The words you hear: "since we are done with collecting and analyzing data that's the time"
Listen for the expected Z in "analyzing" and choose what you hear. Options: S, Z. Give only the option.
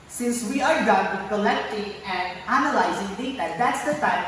Z